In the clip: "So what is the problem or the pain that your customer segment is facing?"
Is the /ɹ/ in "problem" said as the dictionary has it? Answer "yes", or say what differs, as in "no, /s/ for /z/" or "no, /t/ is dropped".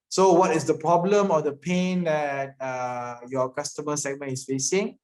yes